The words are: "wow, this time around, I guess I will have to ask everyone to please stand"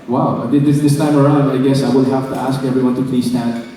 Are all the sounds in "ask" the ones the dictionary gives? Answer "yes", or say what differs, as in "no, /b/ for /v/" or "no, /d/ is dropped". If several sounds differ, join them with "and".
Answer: yes